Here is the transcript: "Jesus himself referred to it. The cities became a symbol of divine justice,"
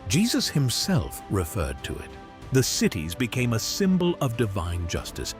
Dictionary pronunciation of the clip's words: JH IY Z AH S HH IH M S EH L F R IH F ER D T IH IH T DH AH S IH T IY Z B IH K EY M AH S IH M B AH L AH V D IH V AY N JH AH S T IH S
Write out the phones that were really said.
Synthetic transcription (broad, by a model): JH IY Z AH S HH IH M S EH L F R IH F ER D T IH IH T DH AH S IH T IY Z B IH K EY M AH S IH M B AH L AH V D IH V AY N JH AH S T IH S